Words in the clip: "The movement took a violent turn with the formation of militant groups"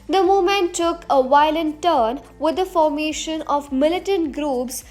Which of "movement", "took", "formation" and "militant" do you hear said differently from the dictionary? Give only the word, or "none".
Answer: movement